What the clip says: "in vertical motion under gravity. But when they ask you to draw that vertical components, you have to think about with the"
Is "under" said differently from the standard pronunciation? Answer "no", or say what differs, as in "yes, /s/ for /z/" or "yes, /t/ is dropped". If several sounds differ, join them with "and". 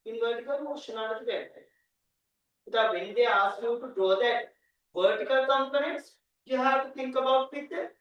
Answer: yes, /n/ is dropped